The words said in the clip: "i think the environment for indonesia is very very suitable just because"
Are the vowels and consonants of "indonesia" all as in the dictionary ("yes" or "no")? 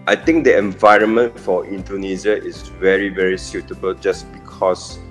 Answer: no